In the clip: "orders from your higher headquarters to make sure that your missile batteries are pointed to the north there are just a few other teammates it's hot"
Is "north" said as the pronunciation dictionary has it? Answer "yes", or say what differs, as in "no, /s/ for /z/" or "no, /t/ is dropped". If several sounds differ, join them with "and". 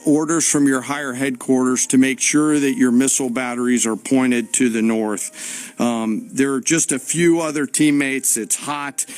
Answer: yes